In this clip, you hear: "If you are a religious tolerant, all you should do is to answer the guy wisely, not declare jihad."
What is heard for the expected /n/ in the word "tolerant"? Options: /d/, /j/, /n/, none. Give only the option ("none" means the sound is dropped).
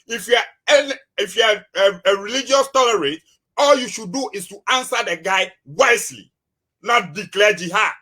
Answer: none